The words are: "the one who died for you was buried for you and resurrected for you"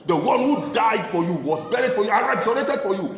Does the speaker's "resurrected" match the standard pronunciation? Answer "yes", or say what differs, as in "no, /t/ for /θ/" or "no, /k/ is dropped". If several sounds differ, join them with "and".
no, /k/ is dropped